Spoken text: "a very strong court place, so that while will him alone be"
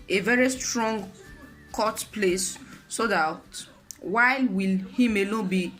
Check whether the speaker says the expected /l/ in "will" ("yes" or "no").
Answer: yes